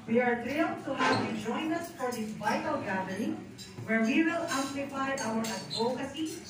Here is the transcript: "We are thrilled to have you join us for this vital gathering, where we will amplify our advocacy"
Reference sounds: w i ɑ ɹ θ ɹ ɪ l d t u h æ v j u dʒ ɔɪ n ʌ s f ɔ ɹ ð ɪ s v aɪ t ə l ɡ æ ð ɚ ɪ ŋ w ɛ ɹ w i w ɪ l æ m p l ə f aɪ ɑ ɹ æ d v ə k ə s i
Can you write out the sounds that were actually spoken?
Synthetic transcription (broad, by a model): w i ɑ ɹ t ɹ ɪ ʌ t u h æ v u dʒ ɔɪ n ʌ s f ɔ ɹ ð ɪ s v aɪ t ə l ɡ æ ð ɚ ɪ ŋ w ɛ ɹ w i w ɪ l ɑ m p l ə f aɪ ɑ w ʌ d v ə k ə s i